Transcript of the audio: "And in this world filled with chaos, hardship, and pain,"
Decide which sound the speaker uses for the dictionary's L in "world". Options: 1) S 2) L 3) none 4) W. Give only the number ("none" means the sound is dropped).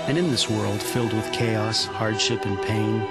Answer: 2